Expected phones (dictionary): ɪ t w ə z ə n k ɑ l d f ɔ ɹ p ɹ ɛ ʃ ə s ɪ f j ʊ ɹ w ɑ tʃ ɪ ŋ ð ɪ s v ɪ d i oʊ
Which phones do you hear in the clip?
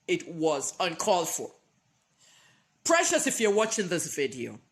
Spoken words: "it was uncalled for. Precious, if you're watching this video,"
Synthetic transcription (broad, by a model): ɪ t w ə z ə n k ɑ l d f ɔ ɹ p ɹ ɛ ʃ ə s ɪ f j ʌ ɹ w ɑ tʃ ɪ ŋ ð ɪ s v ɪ d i oʊ